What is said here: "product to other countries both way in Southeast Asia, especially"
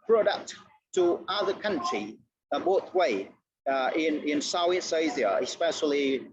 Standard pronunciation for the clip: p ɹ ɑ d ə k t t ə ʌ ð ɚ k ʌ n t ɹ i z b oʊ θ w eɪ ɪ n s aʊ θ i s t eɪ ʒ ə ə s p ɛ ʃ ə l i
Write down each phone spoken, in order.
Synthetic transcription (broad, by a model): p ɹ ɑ d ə k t t ə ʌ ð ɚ k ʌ n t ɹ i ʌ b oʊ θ w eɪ ɪ n s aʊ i s eɪ z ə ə s p ɛ ʃ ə l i